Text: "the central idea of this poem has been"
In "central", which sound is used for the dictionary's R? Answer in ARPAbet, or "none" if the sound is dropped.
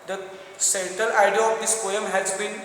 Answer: none